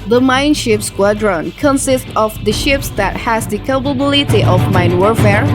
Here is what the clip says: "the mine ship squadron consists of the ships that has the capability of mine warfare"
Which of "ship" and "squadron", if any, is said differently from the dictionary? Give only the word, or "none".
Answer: none